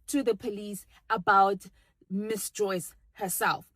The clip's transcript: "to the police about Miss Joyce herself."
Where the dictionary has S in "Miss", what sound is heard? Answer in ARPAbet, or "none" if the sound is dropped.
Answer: S